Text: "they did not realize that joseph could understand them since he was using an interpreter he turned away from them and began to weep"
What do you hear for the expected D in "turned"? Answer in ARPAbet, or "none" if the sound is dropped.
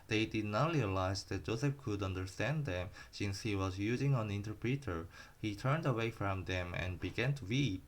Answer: D